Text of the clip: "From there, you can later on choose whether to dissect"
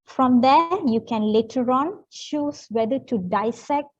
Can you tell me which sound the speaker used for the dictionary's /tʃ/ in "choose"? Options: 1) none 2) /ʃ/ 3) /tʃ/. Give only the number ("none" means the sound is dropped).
2